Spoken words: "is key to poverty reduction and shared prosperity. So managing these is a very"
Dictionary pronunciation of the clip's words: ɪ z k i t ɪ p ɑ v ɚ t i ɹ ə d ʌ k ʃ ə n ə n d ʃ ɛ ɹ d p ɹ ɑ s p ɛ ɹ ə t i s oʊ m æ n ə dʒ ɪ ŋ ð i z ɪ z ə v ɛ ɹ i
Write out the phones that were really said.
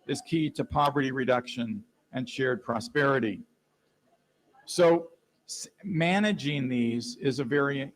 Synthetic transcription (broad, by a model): ɪ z k i t ɪ p ɑ v ɚ t i ɹ ə d ʌ k ʃ ə n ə n ʃ ɛ ɹ d p ɹ ɑ s p ɛ ɹ ə t i s oʊ m æ n ə dʒ ɪ ŋ ð i z ɪ z ə v ɛ ɹ i